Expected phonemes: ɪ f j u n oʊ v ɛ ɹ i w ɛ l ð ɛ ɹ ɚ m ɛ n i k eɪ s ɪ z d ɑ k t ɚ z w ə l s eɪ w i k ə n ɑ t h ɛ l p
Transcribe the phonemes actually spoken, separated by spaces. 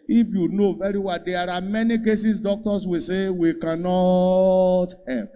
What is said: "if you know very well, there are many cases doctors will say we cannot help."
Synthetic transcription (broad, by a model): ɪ f j u n oʊ v ɛ ɹ i w ɛ l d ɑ ɹ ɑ m ɛ n i k eɪ s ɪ s d ɑ k t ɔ s w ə s eɪ w i k ə n ɑ t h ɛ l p